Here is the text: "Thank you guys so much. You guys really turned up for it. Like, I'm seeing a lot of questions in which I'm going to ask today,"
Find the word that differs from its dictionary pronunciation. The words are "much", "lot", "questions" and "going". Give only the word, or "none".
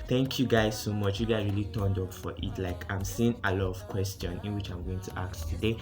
questions